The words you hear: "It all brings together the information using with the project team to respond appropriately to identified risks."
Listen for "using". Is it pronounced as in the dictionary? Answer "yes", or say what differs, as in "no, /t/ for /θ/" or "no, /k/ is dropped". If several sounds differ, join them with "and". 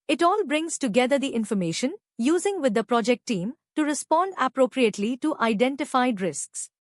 yes